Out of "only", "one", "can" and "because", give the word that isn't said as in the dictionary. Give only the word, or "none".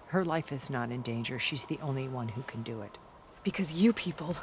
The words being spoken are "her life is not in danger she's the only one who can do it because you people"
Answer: none